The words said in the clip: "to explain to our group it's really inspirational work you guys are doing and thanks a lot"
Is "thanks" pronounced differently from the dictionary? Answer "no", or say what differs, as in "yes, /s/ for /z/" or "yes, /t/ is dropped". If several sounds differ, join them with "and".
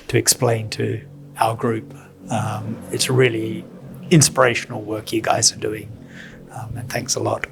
no